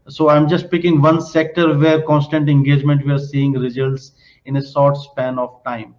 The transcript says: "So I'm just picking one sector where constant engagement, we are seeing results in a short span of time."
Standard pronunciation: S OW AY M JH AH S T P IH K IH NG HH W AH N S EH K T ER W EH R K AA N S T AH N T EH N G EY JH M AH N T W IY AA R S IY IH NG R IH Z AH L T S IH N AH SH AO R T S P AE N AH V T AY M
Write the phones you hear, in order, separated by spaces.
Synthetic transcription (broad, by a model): S OW AY M JH AH S T P IH K IH NG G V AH N S EH K T ER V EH R K AA N S T AH N T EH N G EY JH M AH N T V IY AA R S IY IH NG R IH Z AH L T S IH N AH S AO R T S P AE N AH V T AY M